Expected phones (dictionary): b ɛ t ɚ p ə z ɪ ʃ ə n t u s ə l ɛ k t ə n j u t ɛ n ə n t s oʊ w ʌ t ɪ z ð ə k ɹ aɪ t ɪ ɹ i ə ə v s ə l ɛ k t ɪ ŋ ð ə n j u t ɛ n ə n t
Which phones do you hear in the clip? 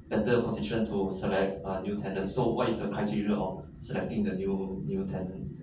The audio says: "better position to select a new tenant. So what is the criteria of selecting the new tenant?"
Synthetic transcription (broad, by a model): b ɛ t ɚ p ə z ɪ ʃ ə n t u s ə l ɛ k t ə n j u t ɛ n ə n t s oʊ w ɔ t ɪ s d ə k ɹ aɪ t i ɹ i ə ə f s ə l ɛ k t ɪ ŋ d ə n j u t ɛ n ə n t